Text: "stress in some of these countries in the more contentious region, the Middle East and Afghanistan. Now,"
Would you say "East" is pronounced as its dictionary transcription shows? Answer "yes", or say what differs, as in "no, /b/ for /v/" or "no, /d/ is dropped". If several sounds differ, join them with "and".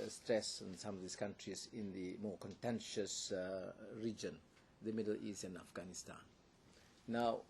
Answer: no, /t/ is dropped